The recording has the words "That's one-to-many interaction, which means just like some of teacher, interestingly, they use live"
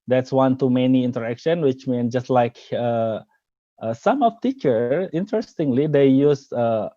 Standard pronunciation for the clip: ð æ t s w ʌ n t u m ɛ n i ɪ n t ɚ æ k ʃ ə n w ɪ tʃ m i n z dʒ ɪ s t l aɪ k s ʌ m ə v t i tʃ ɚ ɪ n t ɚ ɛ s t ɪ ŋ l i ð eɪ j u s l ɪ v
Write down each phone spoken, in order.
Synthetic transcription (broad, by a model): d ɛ t s w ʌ n t u m ɛ n i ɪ n t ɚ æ k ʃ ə n w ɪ tʃ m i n dʒ ɪ s t l aɪ k s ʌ m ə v t i tʃ ɚ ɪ n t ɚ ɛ s t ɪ ŋ l i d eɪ j u s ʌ